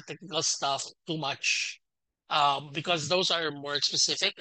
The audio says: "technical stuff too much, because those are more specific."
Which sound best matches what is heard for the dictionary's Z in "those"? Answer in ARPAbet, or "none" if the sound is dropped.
Z